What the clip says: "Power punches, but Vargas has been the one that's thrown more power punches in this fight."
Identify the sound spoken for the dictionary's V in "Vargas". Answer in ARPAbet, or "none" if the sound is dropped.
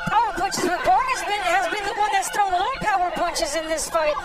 B